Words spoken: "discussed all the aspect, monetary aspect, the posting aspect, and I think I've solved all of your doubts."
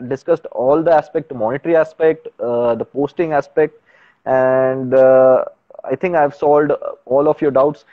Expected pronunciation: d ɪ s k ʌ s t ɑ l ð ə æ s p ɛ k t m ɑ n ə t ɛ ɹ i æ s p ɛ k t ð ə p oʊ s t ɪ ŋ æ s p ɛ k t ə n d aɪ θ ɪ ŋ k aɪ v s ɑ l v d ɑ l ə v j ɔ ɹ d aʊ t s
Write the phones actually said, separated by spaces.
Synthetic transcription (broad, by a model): d ɪ s k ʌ s t ɑ l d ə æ s p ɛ k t m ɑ n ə t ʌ ɹ i æ s p ɛ k t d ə p oʊ s t ɪ ŋ æ s p ɛ k t ə n d aɪ t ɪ ŋ k aɪ v s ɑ l d ɑ l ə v j ɔ ɹ d aʊ t s